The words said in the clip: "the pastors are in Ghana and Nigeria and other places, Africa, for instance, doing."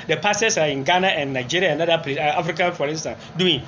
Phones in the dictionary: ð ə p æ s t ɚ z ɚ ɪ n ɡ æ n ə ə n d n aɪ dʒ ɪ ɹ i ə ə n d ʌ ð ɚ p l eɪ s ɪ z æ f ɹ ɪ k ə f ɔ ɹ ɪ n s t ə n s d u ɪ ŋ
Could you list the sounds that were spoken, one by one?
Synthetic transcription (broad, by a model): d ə p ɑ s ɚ s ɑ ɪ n ɡ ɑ n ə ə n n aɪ dʒ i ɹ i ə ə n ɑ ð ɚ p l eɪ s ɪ ɑ f ɹ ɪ k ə f ɔ ɹ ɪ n s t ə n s d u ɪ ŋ